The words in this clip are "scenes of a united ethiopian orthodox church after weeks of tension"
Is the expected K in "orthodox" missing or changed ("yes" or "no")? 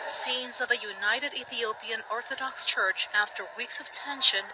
no